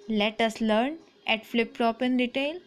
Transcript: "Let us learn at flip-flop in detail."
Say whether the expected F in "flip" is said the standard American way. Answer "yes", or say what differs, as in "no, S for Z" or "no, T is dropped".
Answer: yes